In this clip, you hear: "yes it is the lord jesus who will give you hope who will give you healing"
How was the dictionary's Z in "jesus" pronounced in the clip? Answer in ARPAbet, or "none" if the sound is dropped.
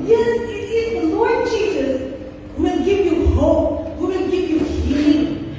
Z